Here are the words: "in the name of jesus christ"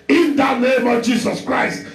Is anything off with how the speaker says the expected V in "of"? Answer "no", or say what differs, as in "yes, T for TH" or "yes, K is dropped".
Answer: no